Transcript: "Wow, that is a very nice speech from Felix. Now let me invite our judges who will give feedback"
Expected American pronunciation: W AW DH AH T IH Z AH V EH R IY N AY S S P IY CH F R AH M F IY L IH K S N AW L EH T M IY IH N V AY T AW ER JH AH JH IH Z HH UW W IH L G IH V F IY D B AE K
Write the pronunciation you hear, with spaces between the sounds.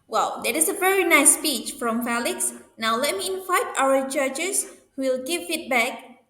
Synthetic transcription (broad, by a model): W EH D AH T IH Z AH V EH R IY N AY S S P IY CH F R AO M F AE L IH K S N AW L EH T M IY IH N V AY T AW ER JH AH CH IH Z HH UW W IH L G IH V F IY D B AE K